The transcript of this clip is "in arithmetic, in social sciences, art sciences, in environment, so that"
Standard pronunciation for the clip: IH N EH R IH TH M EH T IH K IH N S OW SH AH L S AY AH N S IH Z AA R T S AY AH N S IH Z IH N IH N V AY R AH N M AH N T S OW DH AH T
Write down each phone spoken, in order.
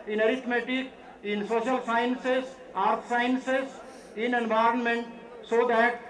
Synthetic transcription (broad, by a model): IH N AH R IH T M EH T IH K IH N S OW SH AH L S AY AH N S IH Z AA R T S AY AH N S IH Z IH N IH N V AY R AH N M AH N T S OW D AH T